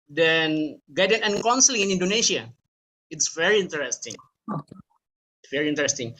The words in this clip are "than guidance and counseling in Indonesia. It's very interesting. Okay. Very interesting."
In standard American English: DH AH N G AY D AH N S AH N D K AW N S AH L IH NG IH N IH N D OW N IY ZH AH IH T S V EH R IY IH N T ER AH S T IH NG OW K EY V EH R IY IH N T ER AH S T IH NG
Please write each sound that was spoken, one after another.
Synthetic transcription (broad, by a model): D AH N G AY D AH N AH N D K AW N S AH L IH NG IH N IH N D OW N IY SH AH IH T S V EH R IY IH N T ER AH S T IH NG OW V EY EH R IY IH N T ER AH S T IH NG